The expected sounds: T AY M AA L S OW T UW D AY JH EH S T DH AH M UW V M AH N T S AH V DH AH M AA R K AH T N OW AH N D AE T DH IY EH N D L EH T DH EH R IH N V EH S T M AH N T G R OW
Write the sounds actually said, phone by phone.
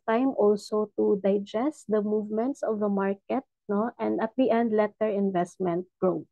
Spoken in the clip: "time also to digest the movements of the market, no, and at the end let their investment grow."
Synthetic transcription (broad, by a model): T AY M AA L S OW T UW D AY JH EH S T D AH M UW V M AH N T S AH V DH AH M AA R K AH T N OW AH N D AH T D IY EH N D L EH T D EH R IH N V EH S T M AH N T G R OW